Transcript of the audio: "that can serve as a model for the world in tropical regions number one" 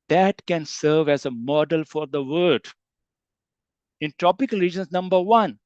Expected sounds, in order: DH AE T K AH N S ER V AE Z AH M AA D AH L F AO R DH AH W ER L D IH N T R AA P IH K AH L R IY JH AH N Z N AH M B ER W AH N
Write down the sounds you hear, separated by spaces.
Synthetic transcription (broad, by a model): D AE T K AH N S ER V AE Z AH M AA D AH L F AO R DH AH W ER D IH N T R AA P IH K AH L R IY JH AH N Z N AH M B ER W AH N